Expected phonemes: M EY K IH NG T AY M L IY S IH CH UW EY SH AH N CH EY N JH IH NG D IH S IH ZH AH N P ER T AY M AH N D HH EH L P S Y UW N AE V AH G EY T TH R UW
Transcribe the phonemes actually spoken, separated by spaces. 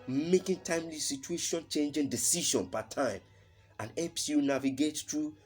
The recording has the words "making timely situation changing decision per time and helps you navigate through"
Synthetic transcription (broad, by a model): M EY K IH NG T AY M L IY S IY CH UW EY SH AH N CH EY N JH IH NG D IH S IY SH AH N P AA T AY M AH N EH P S Y UW N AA V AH G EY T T R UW